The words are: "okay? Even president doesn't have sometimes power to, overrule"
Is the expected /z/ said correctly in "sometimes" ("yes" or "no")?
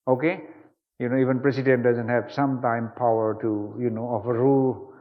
no